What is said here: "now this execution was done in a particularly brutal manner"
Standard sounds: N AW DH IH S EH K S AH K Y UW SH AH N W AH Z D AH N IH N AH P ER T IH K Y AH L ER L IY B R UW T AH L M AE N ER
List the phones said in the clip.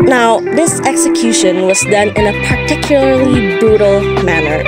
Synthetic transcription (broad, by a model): N AW DH IH S EH K S AH K Y UW SH AH N W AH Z D AH N IH N AH P ER T IH K Y AH L ER L IY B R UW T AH L M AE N ER